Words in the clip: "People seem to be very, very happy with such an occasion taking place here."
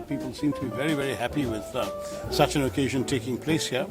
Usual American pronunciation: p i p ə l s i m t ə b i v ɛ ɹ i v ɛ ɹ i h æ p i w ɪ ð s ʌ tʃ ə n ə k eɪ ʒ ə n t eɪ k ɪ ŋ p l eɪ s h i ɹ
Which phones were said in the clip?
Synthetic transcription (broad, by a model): p i p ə l s i m t ə b i v ɛ ɹ i v ɛ ɹ i h æ p i w ɪ ð s ʌ tʃ ə n ə k eɪ ʒ ə n t eɪ k ɪ ŋ p l eɪ s h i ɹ